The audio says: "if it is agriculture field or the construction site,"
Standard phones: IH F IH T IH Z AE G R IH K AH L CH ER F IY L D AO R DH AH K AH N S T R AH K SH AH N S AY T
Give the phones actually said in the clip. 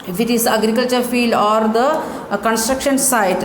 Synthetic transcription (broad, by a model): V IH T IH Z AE G R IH K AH L CH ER F IY L D AO R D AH K AH N S T R AH K SH AH N S AY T